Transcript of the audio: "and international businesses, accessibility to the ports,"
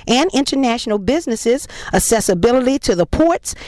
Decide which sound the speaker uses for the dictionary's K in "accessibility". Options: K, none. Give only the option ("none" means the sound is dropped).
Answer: none